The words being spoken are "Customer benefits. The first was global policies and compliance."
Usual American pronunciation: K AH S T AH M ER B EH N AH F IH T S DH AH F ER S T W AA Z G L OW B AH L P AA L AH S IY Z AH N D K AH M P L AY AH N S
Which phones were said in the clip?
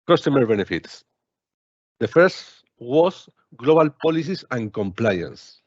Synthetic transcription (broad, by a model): K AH S T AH M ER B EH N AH F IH T S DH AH F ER S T W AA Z G L OW B AH L P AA L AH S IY S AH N K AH M P L AY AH N S